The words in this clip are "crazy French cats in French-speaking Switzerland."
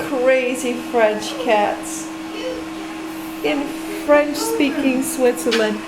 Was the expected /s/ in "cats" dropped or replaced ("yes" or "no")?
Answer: no